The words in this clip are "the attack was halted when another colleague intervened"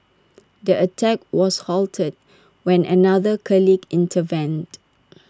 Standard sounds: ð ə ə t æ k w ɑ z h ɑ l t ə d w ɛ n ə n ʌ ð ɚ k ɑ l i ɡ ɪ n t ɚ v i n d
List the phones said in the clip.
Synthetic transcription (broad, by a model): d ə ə t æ k w ɑ s h ɑ l t ə d w ɛ n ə n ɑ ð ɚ k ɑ l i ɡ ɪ n t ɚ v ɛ n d